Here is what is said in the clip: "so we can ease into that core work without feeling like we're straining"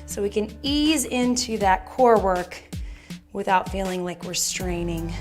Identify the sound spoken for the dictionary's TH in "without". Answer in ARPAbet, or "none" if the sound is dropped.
TH